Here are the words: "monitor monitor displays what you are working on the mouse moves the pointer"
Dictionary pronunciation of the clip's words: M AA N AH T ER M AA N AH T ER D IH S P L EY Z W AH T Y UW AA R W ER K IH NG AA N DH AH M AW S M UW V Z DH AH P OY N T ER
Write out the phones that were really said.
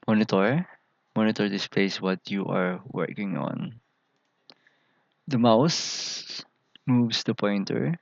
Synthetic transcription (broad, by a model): M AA N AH T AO M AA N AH T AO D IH S P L EY S W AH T Y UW AA R W ER K IH NG AA N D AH M AW S M UW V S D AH P OY N T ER